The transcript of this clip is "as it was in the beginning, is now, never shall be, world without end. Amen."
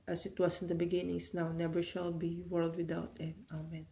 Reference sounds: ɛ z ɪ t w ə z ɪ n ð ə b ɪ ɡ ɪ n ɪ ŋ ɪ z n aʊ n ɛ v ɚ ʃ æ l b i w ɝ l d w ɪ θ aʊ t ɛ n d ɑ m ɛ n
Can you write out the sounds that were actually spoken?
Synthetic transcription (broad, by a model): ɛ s ɪ t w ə s ɪ n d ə b ɪ ɡ ɪ n ɪ ŋ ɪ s n aʊ n ɛ v ɚ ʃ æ l b i w ɝ l d w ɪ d aʊ t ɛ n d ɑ m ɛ n